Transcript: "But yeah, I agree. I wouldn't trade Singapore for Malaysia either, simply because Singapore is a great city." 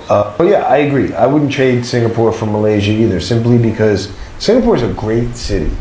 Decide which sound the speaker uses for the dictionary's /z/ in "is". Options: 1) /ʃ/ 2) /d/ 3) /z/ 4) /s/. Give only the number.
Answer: 3